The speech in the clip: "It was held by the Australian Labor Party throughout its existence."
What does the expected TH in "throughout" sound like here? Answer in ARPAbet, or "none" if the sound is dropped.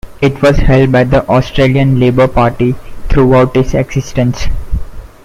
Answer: T